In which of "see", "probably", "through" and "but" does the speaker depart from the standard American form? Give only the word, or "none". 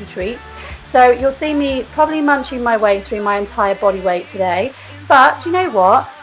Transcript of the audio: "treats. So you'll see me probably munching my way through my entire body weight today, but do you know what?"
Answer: none